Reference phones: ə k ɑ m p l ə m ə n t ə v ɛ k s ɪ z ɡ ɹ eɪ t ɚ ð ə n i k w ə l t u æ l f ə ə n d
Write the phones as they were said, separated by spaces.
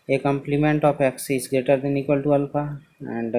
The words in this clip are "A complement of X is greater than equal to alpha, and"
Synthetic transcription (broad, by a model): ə k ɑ m p l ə m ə n t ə p ɛ k s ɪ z ɡ ɹ eɪ t ɚ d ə n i k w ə l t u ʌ l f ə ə n d